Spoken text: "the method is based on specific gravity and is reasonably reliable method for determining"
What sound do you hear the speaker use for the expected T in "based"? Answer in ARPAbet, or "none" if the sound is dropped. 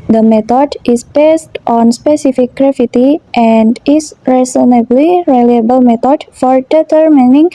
T